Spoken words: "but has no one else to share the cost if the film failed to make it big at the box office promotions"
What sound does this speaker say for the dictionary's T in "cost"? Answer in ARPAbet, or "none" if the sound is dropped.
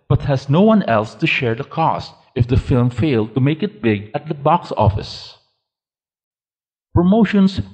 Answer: T